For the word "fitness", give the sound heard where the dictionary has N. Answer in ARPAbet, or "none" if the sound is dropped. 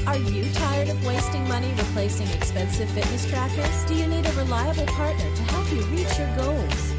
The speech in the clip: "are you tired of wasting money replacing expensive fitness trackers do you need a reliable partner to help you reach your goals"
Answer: N